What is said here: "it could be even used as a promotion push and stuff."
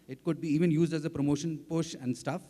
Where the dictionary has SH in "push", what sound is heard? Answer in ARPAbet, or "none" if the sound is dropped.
SH